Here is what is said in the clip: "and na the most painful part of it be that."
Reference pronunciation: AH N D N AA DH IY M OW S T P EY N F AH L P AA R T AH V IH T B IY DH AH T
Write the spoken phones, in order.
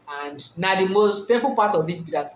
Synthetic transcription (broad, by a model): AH N D N AA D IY M OW S T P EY F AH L P AA T AH V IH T B IY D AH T